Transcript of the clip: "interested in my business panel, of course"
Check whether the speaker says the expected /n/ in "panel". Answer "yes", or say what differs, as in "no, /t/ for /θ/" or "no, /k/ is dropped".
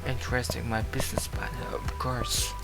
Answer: no, /n/ is dropped